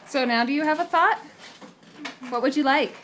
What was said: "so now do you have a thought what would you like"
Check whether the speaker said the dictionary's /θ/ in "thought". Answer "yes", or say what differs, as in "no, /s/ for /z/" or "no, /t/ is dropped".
yes